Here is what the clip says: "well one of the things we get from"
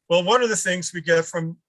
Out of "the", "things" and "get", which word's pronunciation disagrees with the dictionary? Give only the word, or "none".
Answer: none